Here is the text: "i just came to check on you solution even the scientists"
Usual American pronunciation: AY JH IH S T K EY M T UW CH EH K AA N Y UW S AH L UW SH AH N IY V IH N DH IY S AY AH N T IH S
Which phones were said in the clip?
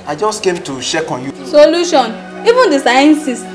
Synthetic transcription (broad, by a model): AY JH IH S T K EY M T UW SH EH K AA N Y UW S AH L UW SH AH N IY V IH N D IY S AY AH N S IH S